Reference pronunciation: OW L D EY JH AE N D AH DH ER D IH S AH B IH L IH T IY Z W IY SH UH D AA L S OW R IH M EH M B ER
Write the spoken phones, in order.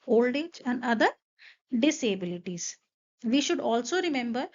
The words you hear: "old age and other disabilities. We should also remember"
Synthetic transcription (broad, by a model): OW L D EY JH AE N D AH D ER D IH S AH B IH L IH T IY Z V IY SH UH D AA L S OW R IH M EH M B ER